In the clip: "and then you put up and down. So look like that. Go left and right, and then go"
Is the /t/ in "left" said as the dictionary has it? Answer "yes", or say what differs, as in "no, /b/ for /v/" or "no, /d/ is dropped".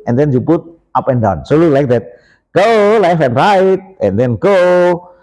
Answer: no, /t/ is dropped